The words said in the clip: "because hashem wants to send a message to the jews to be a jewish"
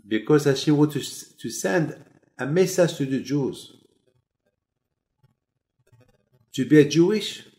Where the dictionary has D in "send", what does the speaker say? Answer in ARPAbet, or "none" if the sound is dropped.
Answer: D